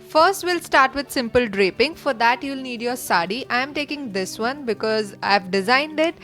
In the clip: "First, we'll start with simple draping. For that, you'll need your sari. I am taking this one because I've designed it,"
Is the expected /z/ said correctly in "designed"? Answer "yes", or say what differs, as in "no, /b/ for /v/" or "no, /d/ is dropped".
yes